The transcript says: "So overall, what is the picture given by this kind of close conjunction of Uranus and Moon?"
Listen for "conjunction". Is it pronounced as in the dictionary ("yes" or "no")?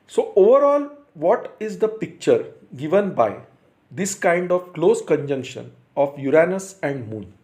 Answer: yes